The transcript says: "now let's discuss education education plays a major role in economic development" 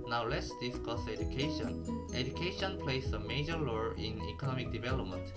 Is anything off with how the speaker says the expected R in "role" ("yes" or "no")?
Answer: yes